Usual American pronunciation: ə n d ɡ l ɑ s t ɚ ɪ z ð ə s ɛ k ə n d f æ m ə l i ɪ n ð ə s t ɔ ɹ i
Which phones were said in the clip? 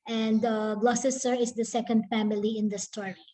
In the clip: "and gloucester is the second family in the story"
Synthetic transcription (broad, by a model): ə n d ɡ l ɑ s s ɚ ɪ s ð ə s ɛ k ə n d f æ m ə l i ɪ n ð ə s t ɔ ɹ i